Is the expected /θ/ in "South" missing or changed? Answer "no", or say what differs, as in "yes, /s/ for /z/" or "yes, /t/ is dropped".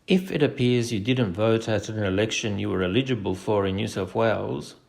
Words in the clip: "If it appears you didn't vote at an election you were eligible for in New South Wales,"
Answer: yes, /f/ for /θ/